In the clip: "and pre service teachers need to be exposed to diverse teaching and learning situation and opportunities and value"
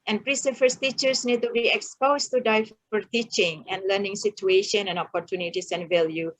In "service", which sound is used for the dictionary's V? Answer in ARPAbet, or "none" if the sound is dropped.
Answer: F